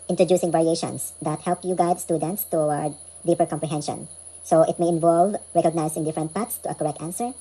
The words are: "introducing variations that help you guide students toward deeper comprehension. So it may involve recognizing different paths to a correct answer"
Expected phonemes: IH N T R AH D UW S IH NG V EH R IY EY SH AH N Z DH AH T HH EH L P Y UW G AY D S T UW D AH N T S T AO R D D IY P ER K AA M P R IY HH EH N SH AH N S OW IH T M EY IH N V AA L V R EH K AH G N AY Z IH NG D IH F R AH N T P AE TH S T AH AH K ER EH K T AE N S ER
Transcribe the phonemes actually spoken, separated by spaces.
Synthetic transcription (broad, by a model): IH N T R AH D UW S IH NG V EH R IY EY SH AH N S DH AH T HH EH L P Y UW G AY D S T UW D AH N T S T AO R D D IY P ER K AA M P R IY HH EH N SH AH N S OW IH T M EY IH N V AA L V R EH K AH G N AY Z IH NG D IH F R AH N T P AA T S T AH AH K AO EH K T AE N S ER